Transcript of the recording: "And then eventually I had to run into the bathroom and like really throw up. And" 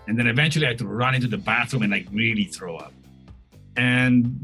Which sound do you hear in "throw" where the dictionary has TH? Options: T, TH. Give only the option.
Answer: TH